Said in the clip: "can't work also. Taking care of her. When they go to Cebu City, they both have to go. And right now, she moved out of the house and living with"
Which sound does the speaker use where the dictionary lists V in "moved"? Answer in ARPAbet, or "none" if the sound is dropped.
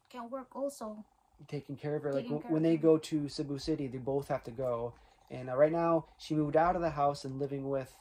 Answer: V